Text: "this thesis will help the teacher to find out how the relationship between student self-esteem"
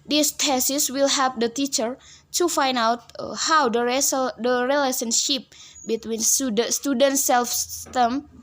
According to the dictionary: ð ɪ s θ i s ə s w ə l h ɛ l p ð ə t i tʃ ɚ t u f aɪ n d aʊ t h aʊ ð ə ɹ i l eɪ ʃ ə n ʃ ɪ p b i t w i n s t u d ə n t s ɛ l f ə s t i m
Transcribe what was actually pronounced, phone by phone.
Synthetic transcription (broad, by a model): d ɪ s t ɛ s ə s w ə l h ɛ p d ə t i tʃ ɚ t u f aɪ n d aʊ t h aʊ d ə ɹ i l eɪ s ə n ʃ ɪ p b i t w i n s t u d ə n t s ɛ l f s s t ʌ m